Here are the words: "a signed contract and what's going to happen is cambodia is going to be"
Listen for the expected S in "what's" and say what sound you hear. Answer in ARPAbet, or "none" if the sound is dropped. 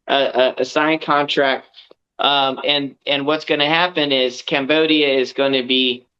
S